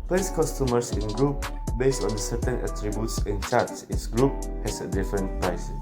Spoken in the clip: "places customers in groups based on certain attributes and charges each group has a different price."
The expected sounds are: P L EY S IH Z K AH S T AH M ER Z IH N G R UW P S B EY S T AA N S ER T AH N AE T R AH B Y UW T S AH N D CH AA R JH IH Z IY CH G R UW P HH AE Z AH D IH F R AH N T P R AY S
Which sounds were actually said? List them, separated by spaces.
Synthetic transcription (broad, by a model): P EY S K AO S T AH M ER S IH N G R UW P B EY S T AA N S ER T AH N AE T R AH B Y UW T S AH N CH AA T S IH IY S G R UW P HH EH S AH D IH F R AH N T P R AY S